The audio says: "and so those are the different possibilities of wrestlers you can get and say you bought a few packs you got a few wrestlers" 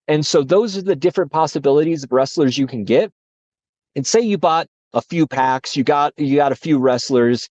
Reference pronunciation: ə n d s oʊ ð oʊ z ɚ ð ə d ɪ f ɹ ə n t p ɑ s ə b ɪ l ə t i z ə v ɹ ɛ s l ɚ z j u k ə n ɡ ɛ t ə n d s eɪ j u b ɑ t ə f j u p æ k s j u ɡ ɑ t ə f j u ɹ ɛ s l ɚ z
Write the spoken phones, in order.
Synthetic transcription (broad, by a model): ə n s oʊ ð oʊ z ɚ ð ə d ɪ f ɹ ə n p ɑ s ə b ɪ l ə t i z ə v ɹ ɛ s l ɚ z j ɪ k ə n ɡ ɛ t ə n s eɪ j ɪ b ɑ t ə f j u p æ k s j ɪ ɡ ɑ t ə f j u ɹ ɛ s l ɚ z